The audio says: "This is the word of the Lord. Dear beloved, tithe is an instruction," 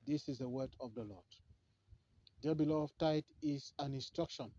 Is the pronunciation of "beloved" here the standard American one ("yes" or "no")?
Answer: no